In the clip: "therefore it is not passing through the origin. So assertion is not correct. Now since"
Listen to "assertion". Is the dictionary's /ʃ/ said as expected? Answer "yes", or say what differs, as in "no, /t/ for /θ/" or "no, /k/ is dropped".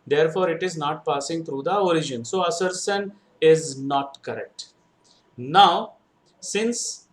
no, /s/ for /ʃ/